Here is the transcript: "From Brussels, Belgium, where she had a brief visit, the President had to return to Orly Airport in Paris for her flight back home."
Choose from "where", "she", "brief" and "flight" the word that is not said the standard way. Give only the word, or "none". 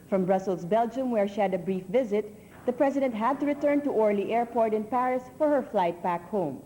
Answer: none